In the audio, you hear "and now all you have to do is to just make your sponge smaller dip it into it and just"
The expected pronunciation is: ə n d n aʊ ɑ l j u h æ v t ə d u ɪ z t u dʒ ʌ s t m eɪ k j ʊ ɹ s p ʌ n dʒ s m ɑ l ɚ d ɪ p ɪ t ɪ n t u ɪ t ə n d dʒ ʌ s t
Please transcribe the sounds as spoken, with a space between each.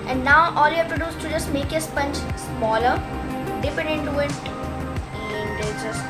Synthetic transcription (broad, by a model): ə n d n aʊ ɑ l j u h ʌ p t ə d u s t t u dʒ ʌ s t m eɪ k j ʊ s p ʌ n tʃ s m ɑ l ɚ d ɪ p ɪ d ɪ n t u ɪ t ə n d dʒ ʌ s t